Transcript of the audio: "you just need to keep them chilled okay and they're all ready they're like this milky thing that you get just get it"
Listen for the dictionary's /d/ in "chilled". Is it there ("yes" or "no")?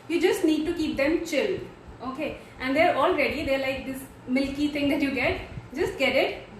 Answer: no